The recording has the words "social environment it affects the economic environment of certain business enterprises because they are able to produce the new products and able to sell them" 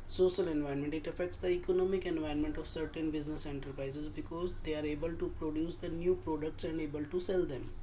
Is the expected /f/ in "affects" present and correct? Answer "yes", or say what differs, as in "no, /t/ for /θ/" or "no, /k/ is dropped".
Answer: yes